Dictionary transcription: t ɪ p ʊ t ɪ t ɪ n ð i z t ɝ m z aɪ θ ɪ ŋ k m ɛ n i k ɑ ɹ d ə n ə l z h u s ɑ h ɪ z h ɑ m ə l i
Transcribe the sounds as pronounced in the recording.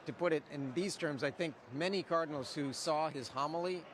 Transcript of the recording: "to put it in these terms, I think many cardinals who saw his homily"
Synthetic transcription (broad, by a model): t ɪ p ʊ t ɪ t ɪ n ð i z t ɝ m z aɪ θ ɪ ŋ k m ɛ n i k ɑ ɹ d n l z h u s ɑ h ɪ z h ɑ m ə l i